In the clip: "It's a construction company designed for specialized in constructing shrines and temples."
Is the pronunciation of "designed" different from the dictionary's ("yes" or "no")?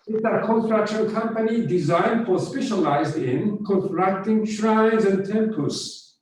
no